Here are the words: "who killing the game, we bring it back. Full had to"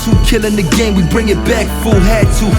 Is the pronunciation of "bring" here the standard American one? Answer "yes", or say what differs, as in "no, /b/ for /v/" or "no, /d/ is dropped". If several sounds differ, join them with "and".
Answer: yes